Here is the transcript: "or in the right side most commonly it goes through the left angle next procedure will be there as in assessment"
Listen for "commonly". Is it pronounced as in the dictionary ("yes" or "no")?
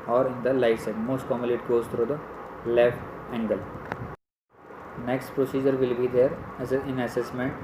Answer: no